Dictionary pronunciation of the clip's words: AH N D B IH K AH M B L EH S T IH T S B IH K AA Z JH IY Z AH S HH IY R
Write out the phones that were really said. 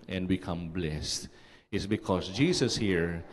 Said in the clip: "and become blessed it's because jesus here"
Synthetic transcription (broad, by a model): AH N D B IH K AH M B L EH S T IH T S B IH K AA S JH IY S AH S HH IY R